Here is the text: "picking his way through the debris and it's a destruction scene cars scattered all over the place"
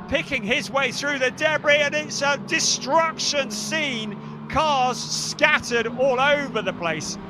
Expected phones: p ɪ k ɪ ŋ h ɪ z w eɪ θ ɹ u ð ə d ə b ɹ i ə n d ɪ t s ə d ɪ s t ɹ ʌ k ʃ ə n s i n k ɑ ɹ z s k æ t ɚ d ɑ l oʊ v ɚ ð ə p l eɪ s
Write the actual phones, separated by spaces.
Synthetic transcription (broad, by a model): p ɪ k ɪ ŋ ɪ z w eɪ θ ɹ u ð ə d ə b ɹ i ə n ɪ t s ə d ɪ s t ɹ ʌ k ʃ ə n s i n k ɑ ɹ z s k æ t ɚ d ɑ l oʊ v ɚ ð ə p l eɪ s